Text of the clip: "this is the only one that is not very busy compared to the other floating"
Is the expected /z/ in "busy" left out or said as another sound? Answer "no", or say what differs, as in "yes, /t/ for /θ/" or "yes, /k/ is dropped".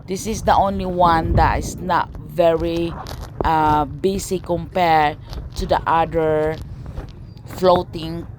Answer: yes, /s/ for /z/